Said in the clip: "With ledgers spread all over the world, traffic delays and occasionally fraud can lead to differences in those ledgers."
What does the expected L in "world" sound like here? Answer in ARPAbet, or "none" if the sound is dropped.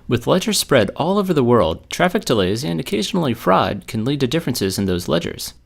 L